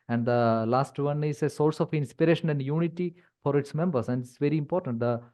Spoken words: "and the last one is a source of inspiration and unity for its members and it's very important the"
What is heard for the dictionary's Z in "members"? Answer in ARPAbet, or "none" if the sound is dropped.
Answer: S